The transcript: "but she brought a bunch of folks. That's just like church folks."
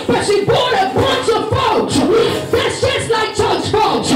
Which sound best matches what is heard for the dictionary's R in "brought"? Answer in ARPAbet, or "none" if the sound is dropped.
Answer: none